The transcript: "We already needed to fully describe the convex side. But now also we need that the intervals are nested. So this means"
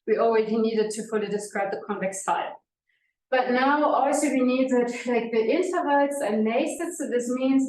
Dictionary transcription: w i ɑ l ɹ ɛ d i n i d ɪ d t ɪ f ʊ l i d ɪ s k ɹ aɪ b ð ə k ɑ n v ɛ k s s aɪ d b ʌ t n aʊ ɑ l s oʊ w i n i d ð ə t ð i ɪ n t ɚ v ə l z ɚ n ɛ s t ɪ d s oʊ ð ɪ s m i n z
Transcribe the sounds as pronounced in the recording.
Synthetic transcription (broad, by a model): w i ɑ l w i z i n i d ɪ d t ɪ f ʊ l i d ɪ s k ɹ aɪ b ð ə k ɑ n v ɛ k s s aɪ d b ʌ t n aʊ ɑ l s oʊ w i n i d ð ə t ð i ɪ n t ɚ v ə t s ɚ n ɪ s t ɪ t s oʊ ð ɪ s m i n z